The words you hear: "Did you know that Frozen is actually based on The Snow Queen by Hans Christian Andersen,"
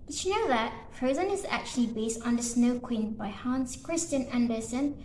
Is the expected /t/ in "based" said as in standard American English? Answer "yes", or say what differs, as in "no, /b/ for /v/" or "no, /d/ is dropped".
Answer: yes